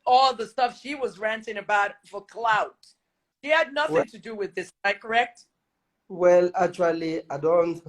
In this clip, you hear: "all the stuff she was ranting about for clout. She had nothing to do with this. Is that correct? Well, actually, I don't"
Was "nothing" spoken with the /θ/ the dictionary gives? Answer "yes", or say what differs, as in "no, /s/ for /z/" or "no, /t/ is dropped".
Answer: yes